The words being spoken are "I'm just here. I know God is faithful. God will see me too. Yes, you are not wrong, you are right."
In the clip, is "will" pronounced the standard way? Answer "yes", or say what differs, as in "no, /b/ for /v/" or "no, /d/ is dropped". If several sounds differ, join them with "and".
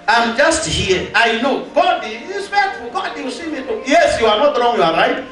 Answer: no, /w/ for /l/